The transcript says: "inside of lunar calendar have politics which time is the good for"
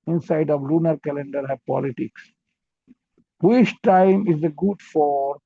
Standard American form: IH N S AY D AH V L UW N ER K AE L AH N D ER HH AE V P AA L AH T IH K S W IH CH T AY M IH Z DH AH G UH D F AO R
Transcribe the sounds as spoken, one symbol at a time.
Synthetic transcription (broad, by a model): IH N S AY D AH V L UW N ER K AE L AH N D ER HH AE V P AA L AH T IH K S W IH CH T AY M IH Z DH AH G UH D F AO R